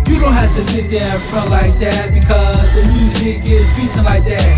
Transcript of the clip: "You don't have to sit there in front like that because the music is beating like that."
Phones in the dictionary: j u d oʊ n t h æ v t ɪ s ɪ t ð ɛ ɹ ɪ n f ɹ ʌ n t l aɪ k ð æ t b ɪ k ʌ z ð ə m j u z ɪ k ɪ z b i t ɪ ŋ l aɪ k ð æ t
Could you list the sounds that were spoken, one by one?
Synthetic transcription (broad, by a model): j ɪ d oʊ n t h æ f t ɪ s ɪ t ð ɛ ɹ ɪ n f ɹ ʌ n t l aɪ k ð æ t b ɪ k ʌ z ð ə m j u z ɪ k ɪ z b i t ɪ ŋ l aɪ k ð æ t